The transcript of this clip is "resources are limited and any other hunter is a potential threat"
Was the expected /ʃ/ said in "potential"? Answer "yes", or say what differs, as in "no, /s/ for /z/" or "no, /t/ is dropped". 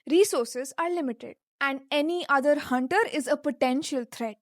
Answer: yes